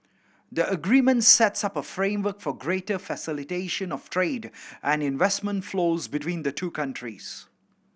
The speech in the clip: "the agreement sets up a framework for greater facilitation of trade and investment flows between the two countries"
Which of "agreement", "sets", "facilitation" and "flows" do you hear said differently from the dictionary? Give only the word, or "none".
none